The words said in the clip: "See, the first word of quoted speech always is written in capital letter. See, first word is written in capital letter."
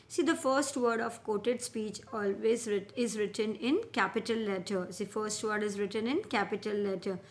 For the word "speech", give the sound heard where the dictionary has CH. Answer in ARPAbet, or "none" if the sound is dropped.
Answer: CH